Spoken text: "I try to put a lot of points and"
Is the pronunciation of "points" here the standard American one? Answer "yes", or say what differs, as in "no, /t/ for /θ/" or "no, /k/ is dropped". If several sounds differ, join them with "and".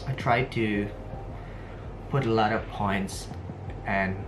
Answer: yes